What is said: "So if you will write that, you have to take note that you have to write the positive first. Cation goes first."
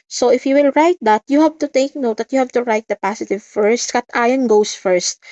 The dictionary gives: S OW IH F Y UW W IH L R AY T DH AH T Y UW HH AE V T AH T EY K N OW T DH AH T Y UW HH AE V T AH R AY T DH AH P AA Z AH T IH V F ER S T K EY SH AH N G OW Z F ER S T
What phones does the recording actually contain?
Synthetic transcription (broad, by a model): S OW IH F Y UW W IH L R AY T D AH T Y UW HH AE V T AH T EY K N OW T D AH T Y UW HH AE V T AH R AY T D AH P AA S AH T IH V F ER S T K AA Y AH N G OW S F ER S T